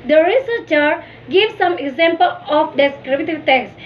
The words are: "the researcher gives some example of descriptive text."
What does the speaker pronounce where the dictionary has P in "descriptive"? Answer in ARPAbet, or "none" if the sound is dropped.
B